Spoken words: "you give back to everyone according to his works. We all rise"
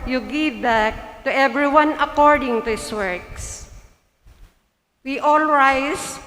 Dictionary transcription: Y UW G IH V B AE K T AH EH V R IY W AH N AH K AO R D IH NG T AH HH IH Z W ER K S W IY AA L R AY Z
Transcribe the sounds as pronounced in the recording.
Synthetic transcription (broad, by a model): Y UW G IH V B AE K T AH EH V R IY W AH N AH K AO R D IH NG T AH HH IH S W ER K S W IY AA L R AY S